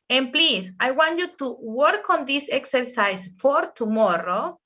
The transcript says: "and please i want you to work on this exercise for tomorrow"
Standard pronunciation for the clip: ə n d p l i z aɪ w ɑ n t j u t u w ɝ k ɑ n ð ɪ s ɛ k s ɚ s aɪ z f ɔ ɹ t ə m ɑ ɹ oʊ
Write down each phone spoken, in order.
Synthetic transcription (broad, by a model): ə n p l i s aɪ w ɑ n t j u t u w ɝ k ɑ n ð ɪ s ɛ k s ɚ s aɪ s f ɔ ɹ t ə m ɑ ɹ oʊ